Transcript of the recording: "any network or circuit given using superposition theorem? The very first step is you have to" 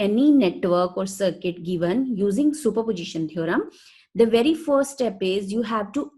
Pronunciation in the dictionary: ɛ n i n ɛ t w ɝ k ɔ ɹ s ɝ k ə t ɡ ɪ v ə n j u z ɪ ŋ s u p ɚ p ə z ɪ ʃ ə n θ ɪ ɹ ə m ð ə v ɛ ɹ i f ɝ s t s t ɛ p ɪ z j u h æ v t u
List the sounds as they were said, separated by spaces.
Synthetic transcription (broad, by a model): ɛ n i n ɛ t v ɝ k ɔ ɹ s ɝ k ə t ɡ ɪ v ə n j u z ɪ ŋ s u p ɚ p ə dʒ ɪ ʃ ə n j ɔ ɹ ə m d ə v ɛ ɹ i f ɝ t s t ɛ p ɪ z j u h æ v t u